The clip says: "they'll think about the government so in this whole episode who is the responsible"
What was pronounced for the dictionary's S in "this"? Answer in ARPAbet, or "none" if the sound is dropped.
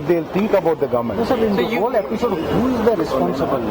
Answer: none